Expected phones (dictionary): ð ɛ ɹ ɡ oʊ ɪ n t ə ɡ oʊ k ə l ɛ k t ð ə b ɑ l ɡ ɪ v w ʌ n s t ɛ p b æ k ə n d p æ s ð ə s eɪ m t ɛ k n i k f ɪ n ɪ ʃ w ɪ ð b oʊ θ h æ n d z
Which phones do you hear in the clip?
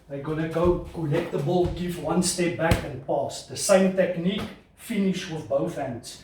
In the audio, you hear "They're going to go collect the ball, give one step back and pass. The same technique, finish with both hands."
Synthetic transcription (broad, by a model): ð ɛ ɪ ɡ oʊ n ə ɡ oʊ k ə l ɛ t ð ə b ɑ l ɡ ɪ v w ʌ n s t ɛ p b æ k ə n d p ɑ s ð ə s eɪ m t ɛ k n i k f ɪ n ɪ ʃ w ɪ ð b oʊ θ h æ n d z